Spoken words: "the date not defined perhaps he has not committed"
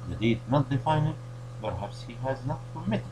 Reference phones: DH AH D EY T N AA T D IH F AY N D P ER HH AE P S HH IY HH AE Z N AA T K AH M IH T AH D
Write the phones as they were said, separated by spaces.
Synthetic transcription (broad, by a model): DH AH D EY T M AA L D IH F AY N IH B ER HH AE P S HH IY HH AE Z N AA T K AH M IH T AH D